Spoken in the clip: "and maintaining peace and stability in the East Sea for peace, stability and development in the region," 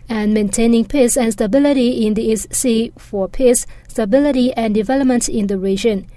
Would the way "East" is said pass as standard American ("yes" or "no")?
yes